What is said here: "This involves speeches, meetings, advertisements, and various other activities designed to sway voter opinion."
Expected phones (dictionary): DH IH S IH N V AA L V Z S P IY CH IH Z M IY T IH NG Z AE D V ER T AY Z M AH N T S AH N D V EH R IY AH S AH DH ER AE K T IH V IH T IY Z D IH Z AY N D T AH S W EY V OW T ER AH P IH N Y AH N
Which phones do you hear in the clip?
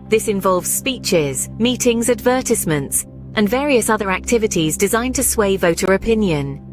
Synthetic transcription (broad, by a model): DH IH S IH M V AA L V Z S P IY CH IH Z M IY T IH NG Z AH D V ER T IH S M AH N T S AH N V EH R IY AH S AH DH ER AE K T IH V IH T IY Z D IH Z AY N T AH S W EY V OW T ER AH P IH N Y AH N